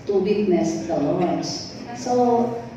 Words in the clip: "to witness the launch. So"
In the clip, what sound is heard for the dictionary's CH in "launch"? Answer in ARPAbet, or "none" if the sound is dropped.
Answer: S